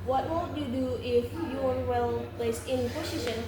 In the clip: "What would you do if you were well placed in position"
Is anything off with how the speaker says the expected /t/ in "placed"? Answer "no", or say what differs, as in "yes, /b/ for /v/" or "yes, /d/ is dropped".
yes, /t/ is dropped